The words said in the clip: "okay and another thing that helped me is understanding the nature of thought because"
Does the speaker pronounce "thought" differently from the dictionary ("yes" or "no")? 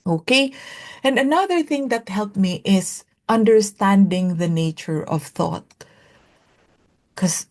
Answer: no